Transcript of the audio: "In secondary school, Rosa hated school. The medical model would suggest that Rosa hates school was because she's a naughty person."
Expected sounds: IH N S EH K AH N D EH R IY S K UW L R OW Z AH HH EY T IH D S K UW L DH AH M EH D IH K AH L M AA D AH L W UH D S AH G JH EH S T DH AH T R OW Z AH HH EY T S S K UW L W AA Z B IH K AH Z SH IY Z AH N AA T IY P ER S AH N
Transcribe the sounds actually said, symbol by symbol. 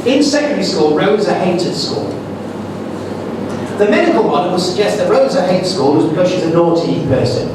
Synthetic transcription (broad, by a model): IH N S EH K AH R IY S K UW L R OW Z AH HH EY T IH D S K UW L DH AH M EH D IH K AH L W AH N W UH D S AH G JH EH S T DH AH T R OW Z AH HH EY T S S K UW L W AA Z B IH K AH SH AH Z AH N AA T IY P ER S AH N